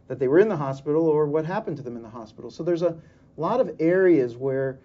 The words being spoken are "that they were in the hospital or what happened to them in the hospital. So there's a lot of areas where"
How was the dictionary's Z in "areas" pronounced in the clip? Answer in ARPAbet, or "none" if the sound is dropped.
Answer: Z